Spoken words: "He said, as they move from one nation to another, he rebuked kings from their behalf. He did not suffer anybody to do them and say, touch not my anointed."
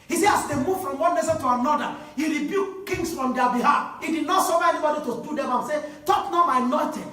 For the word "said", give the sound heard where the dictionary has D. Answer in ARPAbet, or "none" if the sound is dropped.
none